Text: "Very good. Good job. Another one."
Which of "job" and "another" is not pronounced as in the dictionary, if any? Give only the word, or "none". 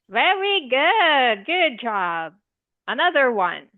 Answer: none